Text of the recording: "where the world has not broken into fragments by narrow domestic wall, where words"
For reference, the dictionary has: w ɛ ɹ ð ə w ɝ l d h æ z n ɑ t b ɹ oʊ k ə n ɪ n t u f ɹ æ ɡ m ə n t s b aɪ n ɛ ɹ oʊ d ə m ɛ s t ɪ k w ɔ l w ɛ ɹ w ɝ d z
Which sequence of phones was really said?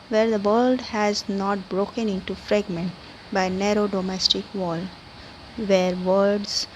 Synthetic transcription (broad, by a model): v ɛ ɹ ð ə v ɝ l d h æ z n ɑ t b ɹ oʊ k ə n ɪ n t u f ɹ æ ɡ m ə n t b aɪ n ɛ ɹ oʊ d ə m ɛ s t ɪ k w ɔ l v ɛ ɹ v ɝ d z